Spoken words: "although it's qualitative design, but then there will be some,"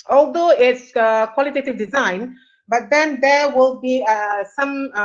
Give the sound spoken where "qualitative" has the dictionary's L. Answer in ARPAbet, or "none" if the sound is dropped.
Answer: L